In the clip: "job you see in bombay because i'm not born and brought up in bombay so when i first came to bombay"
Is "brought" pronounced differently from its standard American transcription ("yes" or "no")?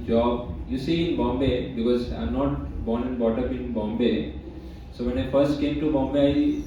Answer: yes